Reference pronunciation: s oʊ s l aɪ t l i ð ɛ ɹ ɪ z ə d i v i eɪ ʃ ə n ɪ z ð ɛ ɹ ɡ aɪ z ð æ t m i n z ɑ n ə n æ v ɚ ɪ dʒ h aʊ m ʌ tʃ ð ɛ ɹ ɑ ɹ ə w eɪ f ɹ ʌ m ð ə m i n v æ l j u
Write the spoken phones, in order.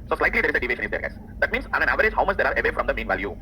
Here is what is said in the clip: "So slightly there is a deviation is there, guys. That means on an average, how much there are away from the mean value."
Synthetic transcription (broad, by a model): s oʊ s l aɪ t l i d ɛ ɹ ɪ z ə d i v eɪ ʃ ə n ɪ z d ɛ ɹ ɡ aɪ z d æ t m i n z ɑ n ə n æ v ɚ ɪ dʒ h aʊ m ʌ tʃ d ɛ ɹ ɑ ɹ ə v eɪ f ɹ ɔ m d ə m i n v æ l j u